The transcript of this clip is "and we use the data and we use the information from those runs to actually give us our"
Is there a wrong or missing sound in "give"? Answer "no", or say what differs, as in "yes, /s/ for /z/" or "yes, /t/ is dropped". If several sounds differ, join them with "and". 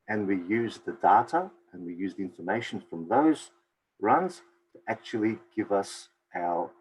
no